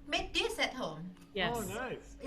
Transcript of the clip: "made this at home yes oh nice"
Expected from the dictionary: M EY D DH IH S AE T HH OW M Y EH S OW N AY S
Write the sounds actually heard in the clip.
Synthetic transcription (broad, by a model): M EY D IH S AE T HH OW M Y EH OW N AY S